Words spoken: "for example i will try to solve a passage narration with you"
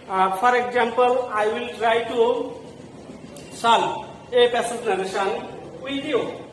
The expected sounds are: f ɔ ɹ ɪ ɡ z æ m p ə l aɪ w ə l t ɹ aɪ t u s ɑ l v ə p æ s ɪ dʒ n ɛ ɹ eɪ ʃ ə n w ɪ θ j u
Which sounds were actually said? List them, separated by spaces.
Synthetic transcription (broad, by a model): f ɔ ɹ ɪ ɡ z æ m p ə l aɪ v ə l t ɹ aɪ t u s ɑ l ə p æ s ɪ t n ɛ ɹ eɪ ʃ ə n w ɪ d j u